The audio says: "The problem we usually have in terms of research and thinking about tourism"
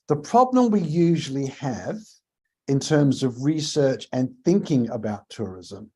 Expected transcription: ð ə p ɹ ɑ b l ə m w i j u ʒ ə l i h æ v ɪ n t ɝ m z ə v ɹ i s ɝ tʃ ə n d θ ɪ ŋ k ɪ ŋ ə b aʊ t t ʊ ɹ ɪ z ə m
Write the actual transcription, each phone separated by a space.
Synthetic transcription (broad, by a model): ð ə p ɹ ɑ b l ə m w i j u ʒ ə l i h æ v ɪ n t ɝ m z ə v ɹ i s ɝ tʃ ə n θ ɪ ŋ k ɪ ŋ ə b aʊ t t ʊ ɹ ɪ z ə m